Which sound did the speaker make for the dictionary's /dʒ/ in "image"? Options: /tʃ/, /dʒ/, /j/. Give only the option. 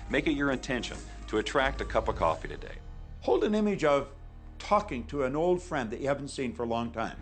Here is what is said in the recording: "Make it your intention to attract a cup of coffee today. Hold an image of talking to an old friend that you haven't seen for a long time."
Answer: /dʒ/